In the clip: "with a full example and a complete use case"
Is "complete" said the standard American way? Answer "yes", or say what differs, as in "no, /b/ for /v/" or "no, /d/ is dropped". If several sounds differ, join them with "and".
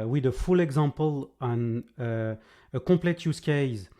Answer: no, /m/ is dropped